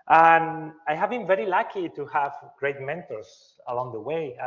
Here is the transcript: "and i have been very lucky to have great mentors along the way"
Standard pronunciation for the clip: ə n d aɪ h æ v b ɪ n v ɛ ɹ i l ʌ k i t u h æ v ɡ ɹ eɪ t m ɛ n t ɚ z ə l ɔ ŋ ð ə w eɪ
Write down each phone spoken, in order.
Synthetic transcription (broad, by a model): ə n aɪ h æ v b ɪ n v ɛ ɹ i l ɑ k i t u h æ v ɡ ɹ eɪ t m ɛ n t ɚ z ə l ɔ ŋ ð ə w eɪ